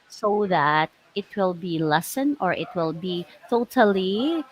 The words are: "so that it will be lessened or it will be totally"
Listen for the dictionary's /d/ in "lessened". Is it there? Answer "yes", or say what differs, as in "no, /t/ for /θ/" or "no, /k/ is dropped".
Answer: no, /d/ is dropped